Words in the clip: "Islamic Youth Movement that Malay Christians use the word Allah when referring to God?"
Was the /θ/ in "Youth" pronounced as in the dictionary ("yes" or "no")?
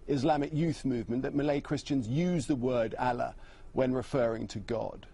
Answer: yes